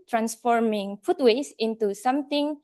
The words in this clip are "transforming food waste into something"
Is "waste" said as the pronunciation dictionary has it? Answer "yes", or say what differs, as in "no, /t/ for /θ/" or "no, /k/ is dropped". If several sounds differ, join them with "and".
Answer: no, /t/ is dropped